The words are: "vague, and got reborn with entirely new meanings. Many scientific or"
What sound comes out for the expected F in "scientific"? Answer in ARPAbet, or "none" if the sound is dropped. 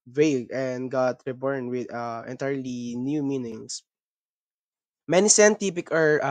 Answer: P